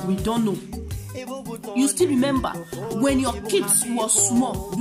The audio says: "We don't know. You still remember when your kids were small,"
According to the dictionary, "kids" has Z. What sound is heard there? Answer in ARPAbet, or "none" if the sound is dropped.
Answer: S